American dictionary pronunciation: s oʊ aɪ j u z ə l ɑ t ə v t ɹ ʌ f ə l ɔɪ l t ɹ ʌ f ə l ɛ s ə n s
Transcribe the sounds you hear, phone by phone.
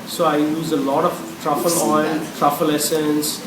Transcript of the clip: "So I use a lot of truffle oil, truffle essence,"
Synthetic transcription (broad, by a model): s oʊ aɪ j u z ə l ɑ t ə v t ɹ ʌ f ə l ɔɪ n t ɹ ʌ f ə l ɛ s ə n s